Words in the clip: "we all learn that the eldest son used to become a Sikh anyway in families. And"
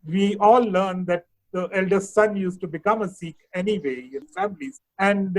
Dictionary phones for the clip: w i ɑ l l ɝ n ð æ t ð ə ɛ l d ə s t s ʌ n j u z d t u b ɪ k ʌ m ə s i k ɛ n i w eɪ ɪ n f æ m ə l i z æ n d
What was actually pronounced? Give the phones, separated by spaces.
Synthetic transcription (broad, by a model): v i ɑ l l ɝ n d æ t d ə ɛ l d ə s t s ʌ n j u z t u b ɪ k ʌ m ə s i k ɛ n i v eɪ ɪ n f æ m ə l i z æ n d